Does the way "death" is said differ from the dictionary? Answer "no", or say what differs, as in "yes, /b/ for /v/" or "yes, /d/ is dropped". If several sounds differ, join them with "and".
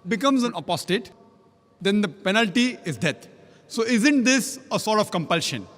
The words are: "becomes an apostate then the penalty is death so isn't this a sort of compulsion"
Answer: yes, /t/ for /θ/